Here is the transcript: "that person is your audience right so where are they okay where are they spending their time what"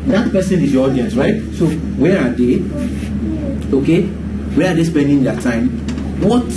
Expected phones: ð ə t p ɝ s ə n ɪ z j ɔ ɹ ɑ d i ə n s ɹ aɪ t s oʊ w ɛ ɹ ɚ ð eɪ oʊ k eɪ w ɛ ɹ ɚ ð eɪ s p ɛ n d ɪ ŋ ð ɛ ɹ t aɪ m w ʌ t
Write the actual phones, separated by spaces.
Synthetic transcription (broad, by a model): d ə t p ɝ s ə n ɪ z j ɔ ɑ d i ə n s ɹ aɪ t s oʊ w ɛ ɹ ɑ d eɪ oʊ k eɪ w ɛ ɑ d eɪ s p ɛ n d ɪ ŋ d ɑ t aɪ m w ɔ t